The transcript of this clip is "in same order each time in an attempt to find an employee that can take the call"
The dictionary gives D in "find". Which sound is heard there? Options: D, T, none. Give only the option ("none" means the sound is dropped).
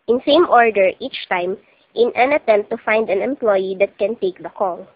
D